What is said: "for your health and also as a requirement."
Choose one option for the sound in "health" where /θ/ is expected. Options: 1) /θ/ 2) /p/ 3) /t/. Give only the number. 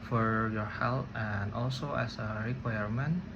3